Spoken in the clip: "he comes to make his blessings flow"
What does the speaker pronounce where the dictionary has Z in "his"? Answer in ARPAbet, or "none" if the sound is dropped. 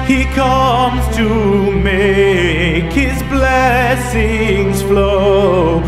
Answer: Z